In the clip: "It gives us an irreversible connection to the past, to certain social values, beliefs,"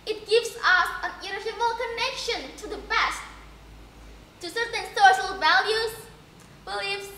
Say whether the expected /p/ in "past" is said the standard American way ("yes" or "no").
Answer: no